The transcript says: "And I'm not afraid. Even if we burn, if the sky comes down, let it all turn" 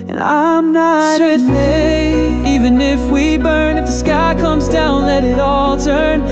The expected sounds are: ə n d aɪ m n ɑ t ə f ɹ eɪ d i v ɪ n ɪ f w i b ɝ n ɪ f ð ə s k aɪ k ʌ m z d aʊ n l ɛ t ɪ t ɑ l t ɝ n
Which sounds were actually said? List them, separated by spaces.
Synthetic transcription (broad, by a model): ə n aɪ m n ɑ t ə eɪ i v ɪ n ɪ f w i b ɝ n ɪ f ð ə s k aɪ k ʌ m z d aʊ n l ɛ t ɪ t ɑ l t ɝ n